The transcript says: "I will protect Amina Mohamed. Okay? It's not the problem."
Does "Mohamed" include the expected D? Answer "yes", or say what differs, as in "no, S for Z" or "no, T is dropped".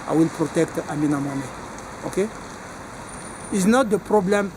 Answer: no, D is dropped